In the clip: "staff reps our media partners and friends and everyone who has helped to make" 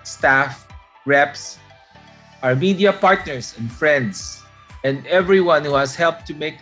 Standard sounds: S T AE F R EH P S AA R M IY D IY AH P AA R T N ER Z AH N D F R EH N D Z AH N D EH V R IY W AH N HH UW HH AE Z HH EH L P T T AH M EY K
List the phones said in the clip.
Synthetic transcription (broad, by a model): S T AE F R EH P S AA R M IY D IY AH P AA R T N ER S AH N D F R EH N D S AH N D EH V R IY W AH N HH UW HH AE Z HH EH L P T T AH M EY K